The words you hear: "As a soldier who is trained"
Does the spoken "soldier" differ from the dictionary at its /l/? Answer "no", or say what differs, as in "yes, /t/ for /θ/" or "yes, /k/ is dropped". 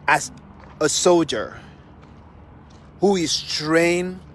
no